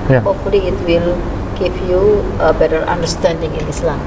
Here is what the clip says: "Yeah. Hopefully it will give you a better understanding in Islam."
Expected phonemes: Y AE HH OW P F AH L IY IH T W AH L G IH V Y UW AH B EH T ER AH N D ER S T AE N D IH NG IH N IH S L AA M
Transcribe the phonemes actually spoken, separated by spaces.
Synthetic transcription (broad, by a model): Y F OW F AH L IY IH T W AH L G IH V Y UW AH B EH T ER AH N D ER S T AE N D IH NG IH N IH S L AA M